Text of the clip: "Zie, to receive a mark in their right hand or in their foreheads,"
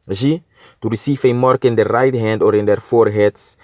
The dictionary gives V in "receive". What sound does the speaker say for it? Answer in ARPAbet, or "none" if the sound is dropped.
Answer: F